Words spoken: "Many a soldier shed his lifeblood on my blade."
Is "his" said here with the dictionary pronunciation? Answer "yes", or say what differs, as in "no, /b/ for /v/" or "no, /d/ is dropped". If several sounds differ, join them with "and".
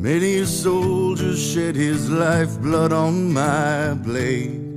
yes